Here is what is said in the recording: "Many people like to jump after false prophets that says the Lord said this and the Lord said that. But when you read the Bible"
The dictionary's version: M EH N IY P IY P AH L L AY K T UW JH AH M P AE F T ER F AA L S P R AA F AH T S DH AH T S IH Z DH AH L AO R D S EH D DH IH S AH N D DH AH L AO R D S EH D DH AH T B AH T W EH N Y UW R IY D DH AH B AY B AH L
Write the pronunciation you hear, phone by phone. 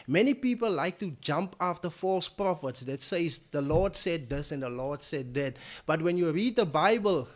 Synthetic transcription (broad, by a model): M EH N IY P IY P AH L L AY K T UW JH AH M P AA F T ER F AA L S P R AA F AH T S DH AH T S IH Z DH AH L AO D S EH D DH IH S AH N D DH AH L AO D S EH D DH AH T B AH T W EH N Y UW R IY D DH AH B AY B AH L